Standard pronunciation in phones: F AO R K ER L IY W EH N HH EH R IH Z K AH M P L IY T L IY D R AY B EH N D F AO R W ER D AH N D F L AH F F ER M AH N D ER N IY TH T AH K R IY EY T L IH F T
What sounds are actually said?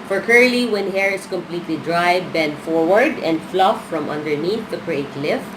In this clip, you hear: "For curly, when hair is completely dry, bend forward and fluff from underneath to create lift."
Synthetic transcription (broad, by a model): F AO R K ER L IY W EH N HH EH R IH S K AH M P L IY T L IY D R AY B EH N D F AO R W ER D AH N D F L AH F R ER M AH N D ER N IY TH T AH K R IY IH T L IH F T